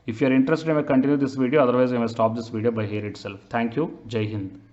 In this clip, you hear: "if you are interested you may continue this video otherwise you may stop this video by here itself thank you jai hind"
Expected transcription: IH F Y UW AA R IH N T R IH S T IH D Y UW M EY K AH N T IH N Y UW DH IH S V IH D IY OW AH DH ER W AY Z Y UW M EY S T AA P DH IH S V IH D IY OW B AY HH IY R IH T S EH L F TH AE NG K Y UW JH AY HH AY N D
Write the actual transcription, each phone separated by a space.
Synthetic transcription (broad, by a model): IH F Y UW AA R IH N T R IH S T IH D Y M EY K AH N T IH N Y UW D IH S V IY D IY OW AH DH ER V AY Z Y M EY S T AA P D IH S V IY D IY OW B AY HH IY R IH T S EH L F T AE NG K Y UW JH AY HH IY N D